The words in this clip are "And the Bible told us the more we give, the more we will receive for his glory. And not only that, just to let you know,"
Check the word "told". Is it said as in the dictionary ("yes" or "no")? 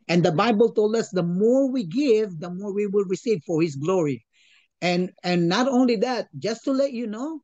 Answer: yes